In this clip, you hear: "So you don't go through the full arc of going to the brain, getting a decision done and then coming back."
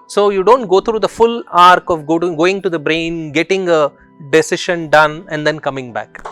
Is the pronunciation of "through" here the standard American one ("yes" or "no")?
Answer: no